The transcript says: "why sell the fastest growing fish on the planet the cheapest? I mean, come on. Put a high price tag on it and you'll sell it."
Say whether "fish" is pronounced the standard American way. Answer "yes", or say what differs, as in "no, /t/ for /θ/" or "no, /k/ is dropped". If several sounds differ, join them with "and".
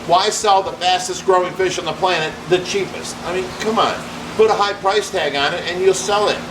yes